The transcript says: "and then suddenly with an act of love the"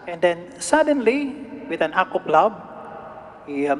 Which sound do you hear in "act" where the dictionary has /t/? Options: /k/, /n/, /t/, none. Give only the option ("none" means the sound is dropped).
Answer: none